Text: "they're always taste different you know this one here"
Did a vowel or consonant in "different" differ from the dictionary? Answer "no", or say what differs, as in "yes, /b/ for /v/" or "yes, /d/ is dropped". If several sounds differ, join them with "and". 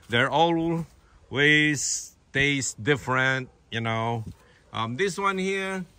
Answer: no